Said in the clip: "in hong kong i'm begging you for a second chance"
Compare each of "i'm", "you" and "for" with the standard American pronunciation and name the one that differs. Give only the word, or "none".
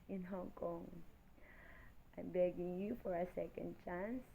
none